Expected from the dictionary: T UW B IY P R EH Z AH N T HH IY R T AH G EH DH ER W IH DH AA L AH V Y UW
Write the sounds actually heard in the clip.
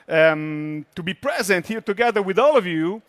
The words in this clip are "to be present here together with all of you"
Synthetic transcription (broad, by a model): T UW B IY P R EH Z AH N T HH IY R T AH G EH DH ER W IH DH AA L AH V Y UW